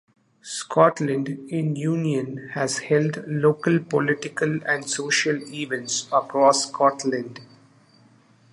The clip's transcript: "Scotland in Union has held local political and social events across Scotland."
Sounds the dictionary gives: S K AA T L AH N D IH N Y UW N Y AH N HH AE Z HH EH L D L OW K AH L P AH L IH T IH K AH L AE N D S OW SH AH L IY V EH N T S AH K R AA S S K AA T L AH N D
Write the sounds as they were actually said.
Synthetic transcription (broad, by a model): S K AA T L AH N D IH N Y UW N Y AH N HH AE Z HH EH L D L OW K AH L P AH L IH T IH K AH L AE N D S OW SH AH L IY V EH N T S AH K R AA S S K AA T L AH N D